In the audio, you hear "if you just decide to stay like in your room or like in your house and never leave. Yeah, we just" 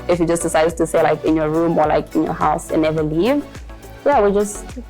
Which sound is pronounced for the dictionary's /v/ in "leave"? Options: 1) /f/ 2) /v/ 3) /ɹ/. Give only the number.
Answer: 2